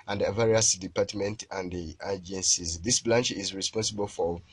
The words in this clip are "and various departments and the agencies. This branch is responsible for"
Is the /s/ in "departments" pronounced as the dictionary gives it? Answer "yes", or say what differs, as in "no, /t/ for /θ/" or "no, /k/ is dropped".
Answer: no, /s/ is dropped